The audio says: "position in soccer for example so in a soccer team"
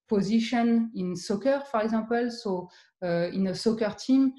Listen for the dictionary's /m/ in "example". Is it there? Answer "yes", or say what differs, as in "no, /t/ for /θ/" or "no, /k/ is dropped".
no, /m/ is dropped